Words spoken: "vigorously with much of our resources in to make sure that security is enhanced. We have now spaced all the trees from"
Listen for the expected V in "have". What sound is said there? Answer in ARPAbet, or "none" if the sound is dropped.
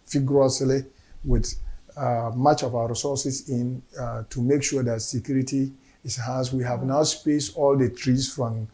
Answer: V